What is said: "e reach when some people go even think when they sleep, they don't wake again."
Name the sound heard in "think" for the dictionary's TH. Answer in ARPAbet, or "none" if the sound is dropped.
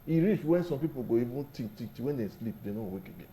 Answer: T